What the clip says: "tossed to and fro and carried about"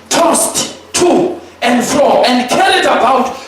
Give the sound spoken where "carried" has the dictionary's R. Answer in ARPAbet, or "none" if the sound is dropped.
L